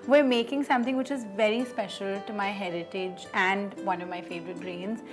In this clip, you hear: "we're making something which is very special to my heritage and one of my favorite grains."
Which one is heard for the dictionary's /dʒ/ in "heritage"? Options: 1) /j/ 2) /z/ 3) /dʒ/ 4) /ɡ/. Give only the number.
3